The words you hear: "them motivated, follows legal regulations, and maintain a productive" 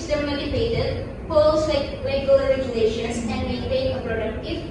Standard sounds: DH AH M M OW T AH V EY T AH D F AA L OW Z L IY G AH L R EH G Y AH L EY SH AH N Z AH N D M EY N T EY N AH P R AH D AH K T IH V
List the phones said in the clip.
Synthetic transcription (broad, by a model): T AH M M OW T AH P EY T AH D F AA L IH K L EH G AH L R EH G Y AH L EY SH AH N S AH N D M EY N T EY N AH P R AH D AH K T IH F